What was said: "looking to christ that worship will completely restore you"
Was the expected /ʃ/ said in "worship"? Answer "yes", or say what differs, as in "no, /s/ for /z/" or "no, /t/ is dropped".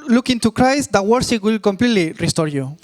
no, /s/ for /ʃ/